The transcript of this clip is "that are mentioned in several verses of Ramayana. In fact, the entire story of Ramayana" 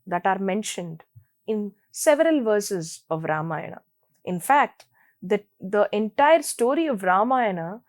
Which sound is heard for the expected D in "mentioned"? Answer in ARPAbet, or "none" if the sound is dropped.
D